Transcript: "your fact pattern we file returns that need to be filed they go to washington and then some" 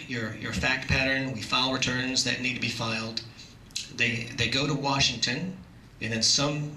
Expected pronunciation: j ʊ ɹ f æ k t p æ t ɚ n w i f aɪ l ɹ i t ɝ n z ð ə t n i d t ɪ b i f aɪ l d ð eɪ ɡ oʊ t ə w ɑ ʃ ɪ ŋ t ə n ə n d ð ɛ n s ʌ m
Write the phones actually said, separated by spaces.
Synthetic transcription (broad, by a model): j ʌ ɹ f æ k t p æ t ɚ n w i f aɪ l ɹ i t ɝ n z ð ə t n i d t ɪ b i f aɪ l d ð eɪ ɡ oʊ t ə w ɑ ʃ ɪ ŋ t ə n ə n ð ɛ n s ʌ m